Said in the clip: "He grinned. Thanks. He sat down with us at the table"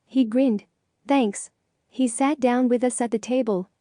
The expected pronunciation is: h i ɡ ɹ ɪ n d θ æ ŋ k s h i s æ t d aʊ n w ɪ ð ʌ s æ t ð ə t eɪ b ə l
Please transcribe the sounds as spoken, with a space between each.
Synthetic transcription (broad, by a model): h i ɡ ɹ ɪ n d θ æ ŋ k s h i s æ t d aʊ n w ɪ ð ʌ s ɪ t ð ə t eɪ b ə l